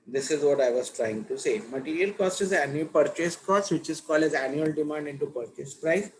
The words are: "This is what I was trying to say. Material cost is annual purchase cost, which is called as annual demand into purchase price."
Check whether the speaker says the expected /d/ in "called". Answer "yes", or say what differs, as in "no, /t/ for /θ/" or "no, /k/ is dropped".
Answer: no, /d/ is dropped